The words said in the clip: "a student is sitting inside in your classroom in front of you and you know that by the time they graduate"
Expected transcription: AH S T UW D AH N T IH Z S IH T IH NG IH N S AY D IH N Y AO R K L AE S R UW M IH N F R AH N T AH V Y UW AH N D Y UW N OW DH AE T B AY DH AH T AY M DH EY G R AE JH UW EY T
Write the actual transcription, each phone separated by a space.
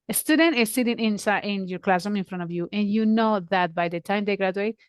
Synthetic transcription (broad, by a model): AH S T UW D AH N T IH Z S IH T IH NG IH N S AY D IH N Y AO R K L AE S UW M IH N F R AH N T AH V Y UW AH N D Y UW N OW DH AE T B AY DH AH T AY M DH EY G R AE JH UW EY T